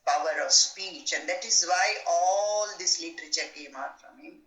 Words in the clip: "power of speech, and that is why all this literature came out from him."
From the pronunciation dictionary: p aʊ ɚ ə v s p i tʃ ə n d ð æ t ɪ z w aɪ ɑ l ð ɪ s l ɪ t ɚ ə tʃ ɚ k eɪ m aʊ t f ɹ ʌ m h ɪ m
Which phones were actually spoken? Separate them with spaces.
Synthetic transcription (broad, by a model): p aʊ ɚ ə v s p i tʃ ə n d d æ t ɪ z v aɪ ɑ l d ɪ s l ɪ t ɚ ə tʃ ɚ k eɪ m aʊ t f ɹ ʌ m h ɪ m